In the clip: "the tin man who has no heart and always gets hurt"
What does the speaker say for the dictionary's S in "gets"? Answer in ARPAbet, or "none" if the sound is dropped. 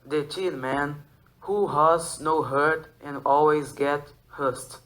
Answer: none